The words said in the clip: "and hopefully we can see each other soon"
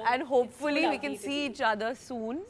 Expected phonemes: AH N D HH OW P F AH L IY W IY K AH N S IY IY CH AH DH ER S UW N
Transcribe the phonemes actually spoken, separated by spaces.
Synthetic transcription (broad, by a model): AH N D HH OW P F AH L IY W IY K AH N S IY IY CH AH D ER S UW N